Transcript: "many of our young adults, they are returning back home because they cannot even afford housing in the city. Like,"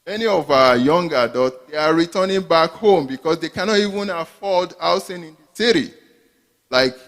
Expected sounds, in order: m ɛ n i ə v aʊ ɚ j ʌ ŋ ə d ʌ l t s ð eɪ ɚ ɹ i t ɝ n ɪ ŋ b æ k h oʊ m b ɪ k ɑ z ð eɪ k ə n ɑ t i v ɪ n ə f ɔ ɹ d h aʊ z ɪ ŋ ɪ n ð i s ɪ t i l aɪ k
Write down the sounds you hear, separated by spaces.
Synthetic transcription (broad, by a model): m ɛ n i ə v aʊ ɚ j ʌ ŋ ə d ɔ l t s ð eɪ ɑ ɹ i t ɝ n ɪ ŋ b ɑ k h oʊ m b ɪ k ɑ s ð eɪ k ə n ɑ t i v ɪ n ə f ɔ l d aʊ s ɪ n ɪ n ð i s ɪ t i l aɪ k